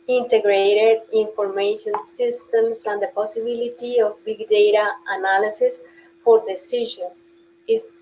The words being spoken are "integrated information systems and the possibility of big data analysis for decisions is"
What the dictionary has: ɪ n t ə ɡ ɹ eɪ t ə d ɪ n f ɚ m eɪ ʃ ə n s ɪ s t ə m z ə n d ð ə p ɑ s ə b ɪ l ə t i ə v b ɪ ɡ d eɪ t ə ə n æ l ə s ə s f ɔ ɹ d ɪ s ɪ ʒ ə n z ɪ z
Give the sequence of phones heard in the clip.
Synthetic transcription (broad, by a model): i n t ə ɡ ɹ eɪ t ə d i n f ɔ m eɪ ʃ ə n s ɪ s t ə m s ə n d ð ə p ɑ s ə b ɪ l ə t i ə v b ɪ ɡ d eɪ t ə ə n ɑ l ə s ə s f ɔ ɹ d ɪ s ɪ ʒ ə n s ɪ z